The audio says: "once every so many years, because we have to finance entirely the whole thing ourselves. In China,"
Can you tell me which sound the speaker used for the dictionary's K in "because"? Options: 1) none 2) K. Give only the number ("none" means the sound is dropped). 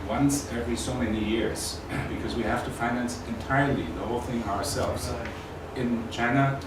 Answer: 2